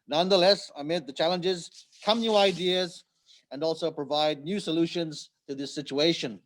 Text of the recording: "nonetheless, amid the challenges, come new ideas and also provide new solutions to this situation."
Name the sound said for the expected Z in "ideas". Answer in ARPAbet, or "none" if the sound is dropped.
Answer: Z